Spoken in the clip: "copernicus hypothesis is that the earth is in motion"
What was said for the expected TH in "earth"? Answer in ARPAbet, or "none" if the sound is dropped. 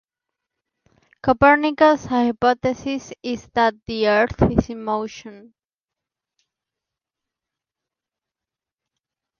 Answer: TH